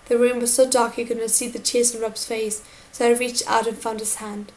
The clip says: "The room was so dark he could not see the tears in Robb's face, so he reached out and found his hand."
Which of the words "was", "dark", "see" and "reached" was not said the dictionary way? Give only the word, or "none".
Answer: reached